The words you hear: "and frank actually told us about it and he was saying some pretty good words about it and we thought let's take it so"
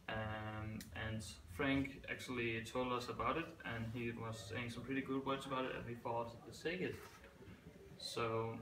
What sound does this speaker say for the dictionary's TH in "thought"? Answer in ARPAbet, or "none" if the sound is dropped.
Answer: F